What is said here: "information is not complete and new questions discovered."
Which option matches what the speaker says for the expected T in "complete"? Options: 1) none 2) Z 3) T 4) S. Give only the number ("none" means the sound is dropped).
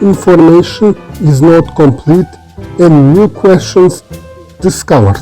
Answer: 3